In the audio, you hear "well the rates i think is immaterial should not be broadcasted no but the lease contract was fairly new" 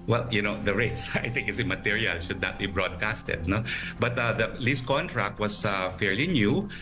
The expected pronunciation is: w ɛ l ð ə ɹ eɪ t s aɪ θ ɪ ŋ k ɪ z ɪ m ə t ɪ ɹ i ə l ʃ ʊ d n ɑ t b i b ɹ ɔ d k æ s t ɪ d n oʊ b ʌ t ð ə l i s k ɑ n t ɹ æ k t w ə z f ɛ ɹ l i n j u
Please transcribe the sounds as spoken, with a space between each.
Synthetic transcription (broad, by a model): w ɛ l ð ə ɹ eɪ t s aɪ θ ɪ ŋ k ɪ s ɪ m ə t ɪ ɹ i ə l ʃ ʊ d n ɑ t b i b ɹ ɔ d k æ s t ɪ d n oʊ b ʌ t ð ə l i s k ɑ n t ɹ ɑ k t w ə s f ɛ ɹ l i n j u